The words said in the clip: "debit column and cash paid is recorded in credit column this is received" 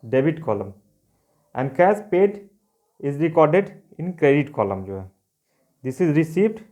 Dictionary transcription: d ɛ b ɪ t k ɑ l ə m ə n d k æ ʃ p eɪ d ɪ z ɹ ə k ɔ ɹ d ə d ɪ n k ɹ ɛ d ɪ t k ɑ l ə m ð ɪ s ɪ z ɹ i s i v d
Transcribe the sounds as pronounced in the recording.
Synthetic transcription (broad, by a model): d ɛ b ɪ t k ɑ l ə m ə n d k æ s p eɪ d ɪ z ɹ ə k ɔ ɹ d ə d ɪ n k ɹ ɛ d ɪ t k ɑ l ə m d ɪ s ɪ z ɹ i s i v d